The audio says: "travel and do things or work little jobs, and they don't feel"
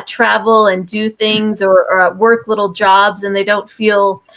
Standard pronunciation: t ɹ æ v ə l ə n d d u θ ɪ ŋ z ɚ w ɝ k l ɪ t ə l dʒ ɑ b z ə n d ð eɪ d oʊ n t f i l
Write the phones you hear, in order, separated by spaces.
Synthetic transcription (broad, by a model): t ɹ æ v l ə n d d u θ ɪ ŋ z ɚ w ɝ k l ɪ t l dʒ ɑ b z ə n ð eɪ d oʊ n t f i l